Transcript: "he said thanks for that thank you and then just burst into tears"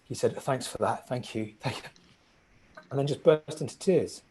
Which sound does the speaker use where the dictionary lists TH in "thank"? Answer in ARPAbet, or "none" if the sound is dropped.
TH